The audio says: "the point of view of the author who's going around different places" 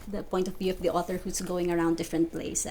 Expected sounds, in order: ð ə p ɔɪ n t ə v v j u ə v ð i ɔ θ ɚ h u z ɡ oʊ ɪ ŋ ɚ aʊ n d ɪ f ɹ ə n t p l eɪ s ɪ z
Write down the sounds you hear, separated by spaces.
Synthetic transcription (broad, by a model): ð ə p ɔɪ n t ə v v j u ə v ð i ɔ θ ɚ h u s ɡ oʊ ɪ ŋ ɚ aʊ n d ɪ f ɹ ə n t p l eɪ s